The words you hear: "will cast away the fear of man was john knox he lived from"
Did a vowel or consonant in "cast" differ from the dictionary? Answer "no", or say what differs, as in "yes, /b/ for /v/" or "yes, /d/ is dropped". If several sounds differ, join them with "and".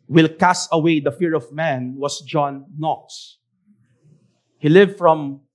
yes, /t/ is dropped